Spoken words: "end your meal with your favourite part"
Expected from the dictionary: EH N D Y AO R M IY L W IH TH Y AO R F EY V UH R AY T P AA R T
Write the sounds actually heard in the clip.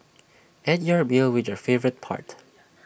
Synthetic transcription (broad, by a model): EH D Y AO R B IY L W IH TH Y AO R F EY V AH R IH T P AA R T